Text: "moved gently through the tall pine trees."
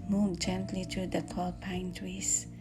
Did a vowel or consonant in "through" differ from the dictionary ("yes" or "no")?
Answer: yes